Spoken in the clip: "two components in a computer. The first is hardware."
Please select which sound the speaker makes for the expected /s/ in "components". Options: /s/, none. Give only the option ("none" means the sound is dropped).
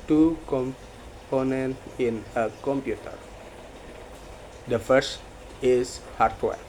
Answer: none